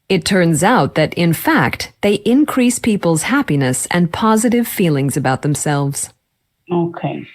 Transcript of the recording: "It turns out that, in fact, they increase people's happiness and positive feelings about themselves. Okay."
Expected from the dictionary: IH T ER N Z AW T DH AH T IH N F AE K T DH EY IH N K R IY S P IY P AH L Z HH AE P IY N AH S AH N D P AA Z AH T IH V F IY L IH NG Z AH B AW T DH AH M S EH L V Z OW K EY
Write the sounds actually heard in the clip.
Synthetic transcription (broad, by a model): IH T ER N Z AW T DH AH T IH N F AE K T DH EY IH N K R IY S P IY P L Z HH AE P IY N AH S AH N P AA Z AH T IH V F IY L IH NG Z AH B AW T DH AH M S EH L V Z OW K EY